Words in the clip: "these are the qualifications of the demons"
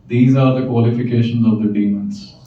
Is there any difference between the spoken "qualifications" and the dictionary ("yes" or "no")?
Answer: no